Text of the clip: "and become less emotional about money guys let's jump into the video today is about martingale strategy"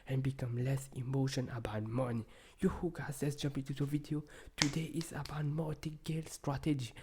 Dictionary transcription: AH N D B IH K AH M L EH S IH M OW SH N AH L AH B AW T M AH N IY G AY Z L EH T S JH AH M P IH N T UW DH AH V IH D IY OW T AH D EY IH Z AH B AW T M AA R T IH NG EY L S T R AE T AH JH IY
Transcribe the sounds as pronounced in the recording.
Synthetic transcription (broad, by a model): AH N B IH K AH M L EH S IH M OW SH AH N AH B AW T M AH N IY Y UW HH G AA S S JH AH M P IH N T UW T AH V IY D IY OW T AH D EY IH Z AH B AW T M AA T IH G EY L S T R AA T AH JH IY